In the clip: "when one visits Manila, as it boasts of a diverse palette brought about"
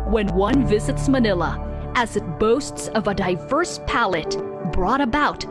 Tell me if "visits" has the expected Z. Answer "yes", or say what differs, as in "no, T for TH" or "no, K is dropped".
yes